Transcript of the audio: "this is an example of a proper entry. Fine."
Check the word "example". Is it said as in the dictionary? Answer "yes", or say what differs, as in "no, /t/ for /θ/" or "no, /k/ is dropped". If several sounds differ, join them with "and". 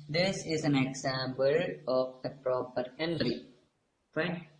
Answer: no, /b/ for /p/